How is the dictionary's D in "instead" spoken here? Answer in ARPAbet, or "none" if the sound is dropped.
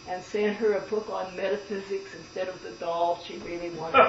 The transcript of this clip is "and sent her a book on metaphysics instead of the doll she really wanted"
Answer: D